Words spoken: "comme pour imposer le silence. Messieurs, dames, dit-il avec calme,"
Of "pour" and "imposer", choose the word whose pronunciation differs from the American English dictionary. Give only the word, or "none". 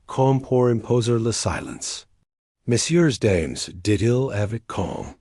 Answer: none